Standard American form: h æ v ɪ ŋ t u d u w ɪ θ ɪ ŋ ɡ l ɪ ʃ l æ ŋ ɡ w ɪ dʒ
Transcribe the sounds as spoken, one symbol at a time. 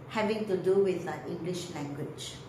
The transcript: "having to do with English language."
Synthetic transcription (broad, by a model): h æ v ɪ ŋ t u d u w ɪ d ɪ ŋ ɡ l ɪ ʃ l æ ŋ ɡ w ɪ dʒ